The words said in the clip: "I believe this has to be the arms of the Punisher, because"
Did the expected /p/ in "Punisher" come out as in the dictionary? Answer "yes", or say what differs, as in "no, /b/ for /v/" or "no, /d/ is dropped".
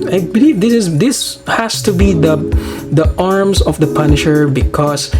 yes